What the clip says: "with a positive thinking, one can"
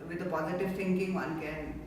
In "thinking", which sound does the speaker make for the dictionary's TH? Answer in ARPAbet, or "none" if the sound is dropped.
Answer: T